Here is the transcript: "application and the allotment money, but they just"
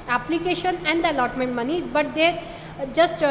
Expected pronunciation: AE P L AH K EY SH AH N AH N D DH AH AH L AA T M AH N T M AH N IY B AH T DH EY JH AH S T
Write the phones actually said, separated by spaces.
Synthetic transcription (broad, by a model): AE P L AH K EY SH AH N AH N D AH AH L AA T M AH N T M AH N IY B AH T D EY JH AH S T